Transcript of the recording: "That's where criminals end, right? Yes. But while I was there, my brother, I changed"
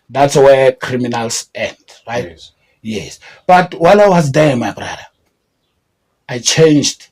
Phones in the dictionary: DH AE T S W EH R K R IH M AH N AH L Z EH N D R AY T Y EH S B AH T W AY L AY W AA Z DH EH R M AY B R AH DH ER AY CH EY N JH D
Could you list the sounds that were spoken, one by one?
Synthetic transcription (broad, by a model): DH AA T S W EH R K R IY M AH N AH L S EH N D R AY T Y EH S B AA T W AY L AY W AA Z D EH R M AY B R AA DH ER AY CH EY N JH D